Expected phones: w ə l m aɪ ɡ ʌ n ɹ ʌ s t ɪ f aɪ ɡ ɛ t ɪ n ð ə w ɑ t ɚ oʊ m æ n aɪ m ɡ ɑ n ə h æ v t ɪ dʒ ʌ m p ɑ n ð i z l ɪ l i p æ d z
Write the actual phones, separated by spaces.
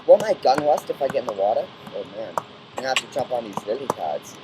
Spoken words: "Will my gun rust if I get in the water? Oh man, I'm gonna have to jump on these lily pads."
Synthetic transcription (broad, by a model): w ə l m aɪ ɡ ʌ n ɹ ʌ s t ɪ f aɪ ɡ ɛ t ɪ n ð ə w ɑ t ɚ oʊ m æ n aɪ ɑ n h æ f t ɪ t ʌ p n ð i z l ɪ l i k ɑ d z